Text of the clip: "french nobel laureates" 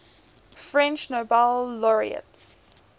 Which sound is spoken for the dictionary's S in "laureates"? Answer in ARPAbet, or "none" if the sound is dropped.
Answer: S